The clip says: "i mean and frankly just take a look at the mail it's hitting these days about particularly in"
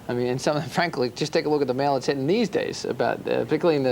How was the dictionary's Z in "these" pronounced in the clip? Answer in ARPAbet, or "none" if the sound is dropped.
Z